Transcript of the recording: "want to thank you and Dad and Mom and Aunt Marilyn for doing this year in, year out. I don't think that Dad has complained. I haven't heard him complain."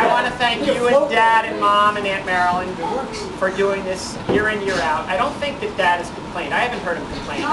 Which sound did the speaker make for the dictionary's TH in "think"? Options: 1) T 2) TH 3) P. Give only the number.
2